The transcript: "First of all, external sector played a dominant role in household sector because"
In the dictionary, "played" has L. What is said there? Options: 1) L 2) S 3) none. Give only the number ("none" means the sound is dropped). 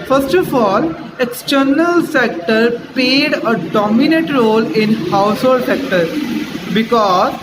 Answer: 3